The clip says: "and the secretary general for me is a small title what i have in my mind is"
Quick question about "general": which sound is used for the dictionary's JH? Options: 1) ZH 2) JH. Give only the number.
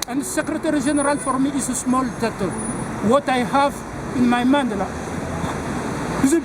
1